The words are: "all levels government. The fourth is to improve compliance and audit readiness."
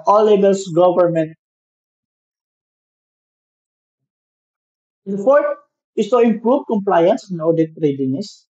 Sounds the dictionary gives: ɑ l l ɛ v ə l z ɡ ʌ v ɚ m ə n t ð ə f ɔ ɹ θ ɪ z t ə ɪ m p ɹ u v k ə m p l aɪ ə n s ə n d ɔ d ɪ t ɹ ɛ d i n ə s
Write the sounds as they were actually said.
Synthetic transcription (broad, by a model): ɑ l l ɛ b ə l s ɡ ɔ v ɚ m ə n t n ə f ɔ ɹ t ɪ s t ə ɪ m p ɹ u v k ə m p l aɪ ə n s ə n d ɔ d ɪ t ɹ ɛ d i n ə s